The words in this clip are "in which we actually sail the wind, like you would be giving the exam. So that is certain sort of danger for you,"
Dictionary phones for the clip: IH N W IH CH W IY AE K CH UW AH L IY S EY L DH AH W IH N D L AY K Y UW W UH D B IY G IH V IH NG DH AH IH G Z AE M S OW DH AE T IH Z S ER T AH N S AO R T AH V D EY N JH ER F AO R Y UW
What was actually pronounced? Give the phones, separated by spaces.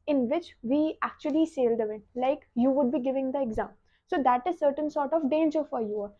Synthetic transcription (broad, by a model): IH N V IH CH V IY AE K CH UW AH L IY S EY L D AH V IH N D L AY K Y UW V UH D B IY G IH V IH NG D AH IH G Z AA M S OW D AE T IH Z S ER T AH N S AO R T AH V D EY N JH ER F AO R Y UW